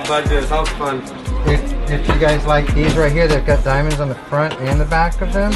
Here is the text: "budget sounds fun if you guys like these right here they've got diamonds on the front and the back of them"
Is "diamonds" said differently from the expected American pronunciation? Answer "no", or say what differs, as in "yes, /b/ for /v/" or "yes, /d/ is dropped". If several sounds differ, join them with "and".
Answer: no